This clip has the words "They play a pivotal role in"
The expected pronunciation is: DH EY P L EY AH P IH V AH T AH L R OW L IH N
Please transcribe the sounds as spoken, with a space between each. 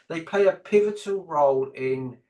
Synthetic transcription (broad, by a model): DH EY P L EY AH P IH V AH T AH L R OW L IH N